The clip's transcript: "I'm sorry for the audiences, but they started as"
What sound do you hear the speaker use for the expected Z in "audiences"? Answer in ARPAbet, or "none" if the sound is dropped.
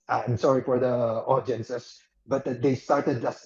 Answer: S